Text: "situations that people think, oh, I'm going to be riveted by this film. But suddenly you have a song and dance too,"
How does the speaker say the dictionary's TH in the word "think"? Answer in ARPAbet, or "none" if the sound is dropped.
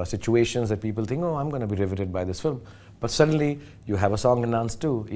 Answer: T